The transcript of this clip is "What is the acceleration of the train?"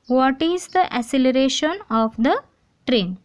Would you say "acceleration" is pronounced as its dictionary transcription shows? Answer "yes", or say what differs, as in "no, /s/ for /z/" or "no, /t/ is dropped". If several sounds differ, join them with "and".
no, /k/ is dropped